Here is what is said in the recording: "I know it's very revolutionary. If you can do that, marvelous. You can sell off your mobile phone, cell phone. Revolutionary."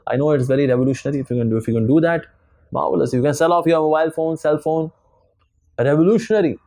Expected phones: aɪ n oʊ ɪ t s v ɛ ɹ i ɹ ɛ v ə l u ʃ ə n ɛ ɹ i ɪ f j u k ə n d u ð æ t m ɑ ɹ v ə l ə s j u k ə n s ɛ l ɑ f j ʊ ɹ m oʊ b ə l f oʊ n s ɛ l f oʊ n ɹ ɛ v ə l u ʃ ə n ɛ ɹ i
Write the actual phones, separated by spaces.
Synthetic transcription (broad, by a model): aɪ n oʊ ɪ t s v ɛ ɹ i ɹ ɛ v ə l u ʃ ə n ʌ ɹ i ɪ f j u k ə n d u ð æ t m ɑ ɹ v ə l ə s j u k ə n s ɛ l ɑ f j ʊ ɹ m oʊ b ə l f oʊ n s ɛ l f oʊ n ɹ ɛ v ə l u ʃ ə n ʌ ɹ i